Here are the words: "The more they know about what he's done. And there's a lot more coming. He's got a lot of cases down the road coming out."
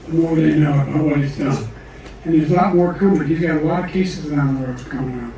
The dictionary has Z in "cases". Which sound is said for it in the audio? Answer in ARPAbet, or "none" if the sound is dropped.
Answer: Z